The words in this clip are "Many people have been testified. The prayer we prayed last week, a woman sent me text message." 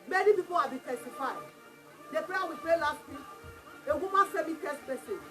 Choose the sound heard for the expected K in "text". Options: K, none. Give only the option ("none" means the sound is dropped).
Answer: none